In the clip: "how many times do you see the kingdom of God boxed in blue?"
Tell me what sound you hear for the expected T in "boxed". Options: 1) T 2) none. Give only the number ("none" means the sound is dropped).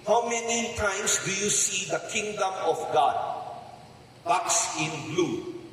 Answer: 2